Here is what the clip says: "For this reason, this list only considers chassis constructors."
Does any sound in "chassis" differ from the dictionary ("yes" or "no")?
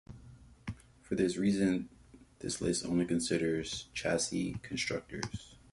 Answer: no